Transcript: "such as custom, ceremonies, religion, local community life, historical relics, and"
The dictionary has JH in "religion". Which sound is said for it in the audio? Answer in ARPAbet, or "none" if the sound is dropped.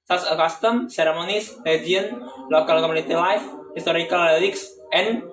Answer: none